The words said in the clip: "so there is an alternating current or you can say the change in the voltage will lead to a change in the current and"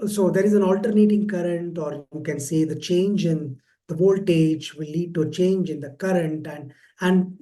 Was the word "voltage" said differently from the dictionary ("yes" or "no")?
no